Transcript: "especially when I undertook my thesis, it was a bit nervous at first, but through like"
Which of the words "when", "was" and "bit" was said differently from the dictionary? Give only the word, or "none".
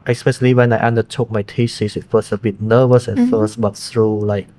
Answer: was